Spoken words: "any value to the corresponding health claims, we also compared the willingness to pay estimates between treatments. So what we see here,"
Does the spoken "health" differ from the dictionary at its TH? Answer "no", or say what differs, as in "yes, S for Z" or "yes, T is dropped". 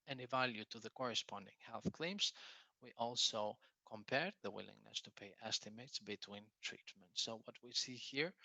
no